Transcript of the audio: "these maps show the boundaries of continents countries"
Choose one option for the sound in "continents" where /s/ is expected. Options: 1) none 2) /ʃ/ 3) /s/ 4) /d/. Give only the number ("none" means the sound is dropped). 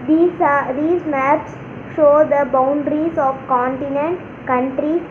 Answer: 1